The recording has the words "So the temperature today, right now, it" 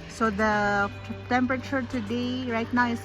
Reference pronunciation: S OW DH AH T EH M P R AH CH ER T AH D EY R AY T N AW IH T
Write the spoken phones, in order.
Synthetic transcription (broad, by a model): S OW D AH T EH M P R AH CH ER T AH D EY R AY T N AW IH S